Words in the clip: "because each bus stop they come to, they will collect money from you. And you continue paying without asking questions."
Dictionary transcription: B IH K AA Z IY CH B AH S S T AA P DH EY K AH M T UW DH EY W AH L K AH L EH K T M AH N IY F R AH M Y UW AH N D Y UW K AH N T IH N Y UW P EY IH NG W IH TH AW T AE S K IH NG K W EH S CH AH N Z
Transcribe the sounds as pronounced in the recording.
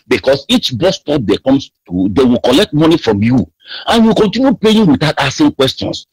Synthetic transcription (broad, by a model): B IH K AA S IY CH B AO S S T AA P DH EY K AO M T UW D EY W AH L K AH L EH K T M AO N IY F R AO M Y UW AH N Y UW K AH N T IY N Y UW P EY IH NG W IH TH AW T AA S IH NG K W EH S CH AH N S